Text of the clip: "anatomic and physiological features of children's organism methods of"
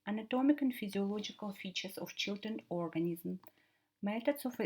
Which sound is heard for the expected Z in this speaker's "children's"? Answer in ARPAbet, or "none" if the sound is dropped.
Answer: none